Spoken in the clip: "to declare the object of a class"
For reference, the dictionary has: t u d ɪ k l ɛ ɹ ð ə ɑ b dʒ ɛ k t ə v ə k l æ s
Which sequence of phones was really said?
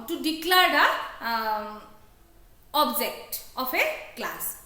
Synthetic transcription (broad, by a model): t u d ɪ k l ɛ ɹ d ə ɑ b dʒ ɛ k t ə p ə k l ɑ s